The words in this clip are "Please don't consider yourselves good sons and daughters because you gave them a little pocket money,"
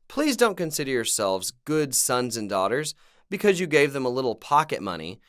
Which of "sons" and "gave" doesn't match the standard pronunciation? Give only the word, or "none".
none